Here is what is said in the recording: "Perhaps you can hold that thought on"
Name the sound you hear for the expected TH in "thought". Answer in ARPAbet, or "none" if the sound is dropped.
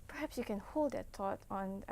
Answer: T